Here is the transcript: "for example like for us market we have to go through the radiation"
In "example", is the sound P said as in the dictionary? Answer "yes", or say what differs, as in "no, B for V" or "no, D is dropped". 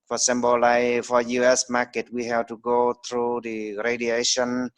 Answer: no, B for P